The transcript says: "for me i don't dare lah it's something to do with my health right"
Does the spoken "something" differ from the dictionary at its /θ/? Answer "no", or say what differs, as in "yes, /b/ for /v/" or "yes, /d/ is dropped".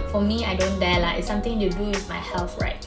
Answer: yes, /t/ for /θ/